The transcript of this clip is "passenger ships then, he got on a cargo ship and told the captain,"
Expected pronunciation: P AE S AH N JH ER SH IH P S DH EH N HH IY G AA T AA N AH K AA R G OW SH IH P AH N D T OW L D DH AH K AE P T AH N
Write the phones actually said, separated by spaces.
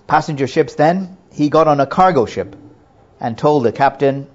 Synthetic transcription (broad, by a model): P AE S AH N JH ER SH IH P S DH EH N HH IY G AA T N AH K AA R G OW SH IH P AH N T OW L D DH AH K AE P T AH N